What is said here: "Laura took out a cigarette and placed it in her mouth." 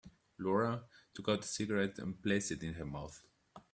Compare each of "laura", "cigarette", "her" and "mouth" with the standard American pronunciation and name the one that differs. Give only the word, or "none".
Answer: none